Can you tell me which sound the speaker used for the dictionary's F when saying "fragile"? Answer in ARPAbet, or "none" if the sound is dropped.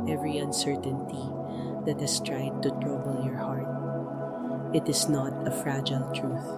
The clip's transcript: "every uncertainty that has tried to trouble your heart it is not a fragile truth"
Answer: F